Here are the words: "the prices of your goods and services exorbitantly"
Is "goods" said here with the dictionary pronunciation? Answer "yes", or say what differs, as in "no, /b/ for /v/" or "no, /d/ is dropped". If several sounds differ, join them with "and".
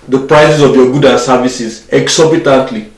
no, /z/ is dropped